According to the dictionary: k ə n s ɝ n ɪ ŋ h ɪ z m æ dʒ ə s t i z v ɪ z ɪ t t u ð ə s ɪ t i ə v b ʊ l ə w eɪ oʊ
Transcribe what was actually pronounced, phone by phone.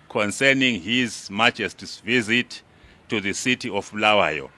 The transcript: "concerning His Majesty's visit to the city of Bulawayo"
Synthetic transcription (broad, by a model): k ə n s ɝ n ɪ ŋ h ɪ z m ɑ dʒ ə s t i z v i z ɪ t t u ð ə s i t i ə f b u l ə w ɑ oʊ